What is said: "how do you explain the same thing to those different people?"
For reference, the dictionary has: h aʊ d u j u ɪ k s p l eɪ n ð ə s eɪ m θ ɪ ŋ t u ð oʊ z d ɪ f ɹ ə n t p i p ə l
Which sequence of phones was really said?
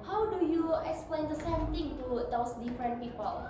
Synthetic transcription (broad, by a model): h aʊ d u j u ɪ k s p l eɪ n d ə s eɪ m t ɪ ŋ t u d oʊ s d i f ɹ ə n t p i p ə l